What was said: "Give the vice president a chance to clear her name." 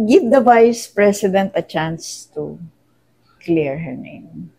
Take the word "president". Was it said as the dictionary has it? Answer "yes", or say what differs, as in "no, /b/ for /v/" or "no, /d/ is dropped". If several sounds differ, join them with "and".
no, /s/ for /z/